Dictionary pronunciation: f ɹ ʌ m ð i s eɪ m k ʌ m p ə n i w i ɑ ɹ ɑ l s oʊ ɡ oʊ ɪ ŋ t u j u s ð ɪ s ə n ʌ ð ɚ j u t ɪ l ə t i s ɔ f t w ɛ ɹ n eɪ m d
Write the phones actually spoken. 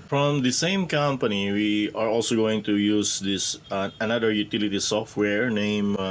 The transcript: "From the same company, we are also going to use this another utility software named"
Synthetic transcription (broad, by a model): f ɹ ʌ m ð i s eɪ m k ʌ m p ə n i w i ɑ ɹ ɑ l s oʊ ɡ oʊ ɪ ŋ t u j u s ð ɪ s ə n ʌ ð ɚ j u t ɪ l ə t i s ɔ f t w ɛ ɹ n eɪ m